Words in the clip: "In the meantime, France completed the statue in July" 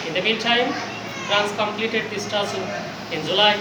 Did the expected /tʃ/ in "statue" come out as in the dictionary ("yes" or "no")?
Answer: no